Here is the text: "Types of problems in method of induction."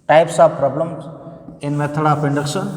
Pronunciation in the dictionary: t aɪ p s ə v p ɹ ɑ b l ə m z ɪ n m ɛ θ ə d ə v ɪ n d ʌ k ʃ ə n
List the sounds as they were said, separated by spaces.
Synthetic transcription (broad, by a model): t aɪ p s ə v p ɹ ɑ b l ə m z ɪ n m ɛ t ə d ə p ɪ n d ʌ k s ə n